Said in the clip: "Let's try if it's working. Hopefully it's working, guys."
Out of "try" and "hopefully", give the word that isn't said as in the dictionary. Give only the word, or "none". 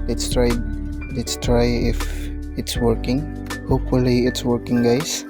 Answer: none